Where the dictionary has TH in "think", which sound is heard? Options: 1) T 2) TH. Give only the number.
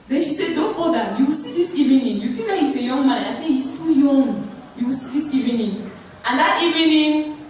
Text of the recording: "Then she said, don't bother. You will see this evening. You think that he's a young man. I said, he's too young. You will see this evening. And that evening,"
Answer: 1